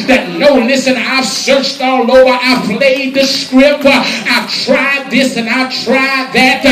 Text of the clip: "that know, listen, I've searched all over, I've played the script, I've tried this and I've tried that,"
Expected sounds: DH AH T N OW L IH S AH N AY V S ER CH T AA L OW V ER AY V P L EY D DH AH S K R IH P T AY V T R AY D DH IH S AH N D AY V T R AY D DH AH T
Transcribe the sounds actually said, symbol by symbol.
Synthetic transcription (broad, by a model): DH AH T N OW L IH S AH N AY V S ER CH T AA L OW ER AY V P L EY D DH AH S K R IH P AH AY V T R AY D DH IH S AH N AY V T R AY D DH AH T